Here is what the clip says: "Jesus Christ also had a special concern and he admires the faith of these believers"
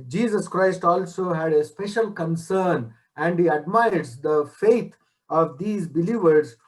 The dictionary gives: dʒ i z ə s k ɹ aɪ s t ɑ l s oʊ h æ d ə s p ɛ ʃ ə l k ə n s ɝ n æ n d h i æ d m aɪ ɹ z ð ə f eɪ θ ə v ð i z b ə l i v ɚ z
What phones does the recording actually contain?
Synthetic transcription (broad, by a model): dʒ i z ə s k ɹ aɪ s t ɑ l s oʊ h æ d ə s p ɛ ʃ ə l k ə n s ɝ n æ n d h i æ d m aɪ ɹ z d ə f eɪ t ə v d i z b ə l i v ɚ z